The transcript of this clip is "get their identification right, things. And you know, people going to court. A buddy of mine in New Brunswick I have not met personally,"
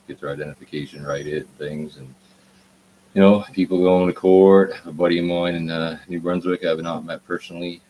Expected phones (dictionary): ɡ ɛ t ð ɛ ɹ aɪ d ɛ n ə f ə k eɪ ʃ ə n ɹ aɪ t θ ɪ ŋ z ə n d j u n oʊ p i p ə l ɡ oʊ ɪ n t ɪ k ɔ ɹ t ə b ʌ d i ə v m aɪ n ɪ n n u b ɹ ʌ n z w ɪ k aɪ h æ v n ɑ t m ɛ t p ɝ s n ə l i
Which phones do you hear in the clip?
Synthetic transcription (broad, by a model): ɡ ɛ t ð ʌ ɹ aɪ d ɛ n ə f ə k eɪ ʃ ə n ɹ aɪ t θ ɪ ŋ z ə n j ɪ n oʊ p i p l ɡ oʊ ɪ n t ɪ k ɔ ɹ t ə b ʌ d i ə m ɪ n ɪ n n u b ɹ n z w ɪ k aɪ v n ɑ t m ɛ t p ɝ s n l i